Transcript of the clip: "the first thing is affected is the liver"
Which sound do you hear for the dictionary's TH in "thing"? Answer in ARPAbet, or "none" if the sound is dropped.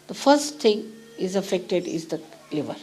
T